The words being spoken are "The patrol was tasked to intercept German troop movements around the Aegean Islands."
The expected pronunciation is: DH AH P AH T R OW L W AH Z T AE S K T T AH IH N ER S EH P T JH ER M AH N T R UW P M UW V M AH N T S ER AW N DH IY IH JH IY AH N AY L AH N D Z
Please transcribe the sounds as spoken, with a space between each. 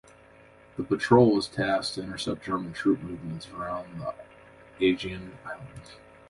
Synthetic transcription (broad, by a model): DH AH P AH T R OW L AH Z T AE S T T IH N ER S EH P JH ER M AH N T R UW P M UW V M AH N T S ER AW N DH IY IH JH IY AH N AY L AH N D Z